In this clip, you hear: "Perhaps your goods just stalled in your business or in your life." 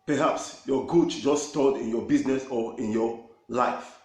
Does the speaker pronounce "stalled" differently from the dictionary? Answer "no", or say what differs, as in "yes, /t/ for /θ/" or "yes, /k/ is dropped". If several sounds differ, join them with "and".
yes, /l/ is dropped